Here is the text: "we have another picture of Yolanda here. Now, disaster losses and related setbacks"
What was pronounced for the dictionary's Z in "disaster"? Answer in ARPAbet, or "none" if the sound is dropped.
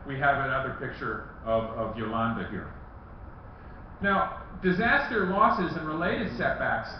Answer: Z